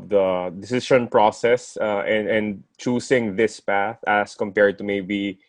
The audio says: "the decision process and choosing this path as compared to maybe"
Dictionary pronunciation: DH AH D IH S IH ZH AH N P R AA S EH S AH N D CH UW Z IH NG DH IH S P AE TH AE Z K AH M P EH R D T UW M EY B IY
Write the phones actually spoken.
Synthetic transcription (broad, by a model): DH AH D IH S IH SH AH N P R AA S EH S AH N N CH UW S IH NG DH IH S P AE TH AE S K AH M P EH R D T UW M EY B IY